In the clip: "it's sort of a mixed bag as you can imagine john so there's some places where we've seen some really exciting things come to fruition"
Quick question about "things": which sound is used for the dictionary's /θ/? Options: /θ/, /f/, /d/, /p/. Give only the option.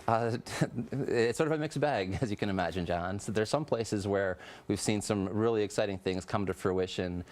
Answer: /θ/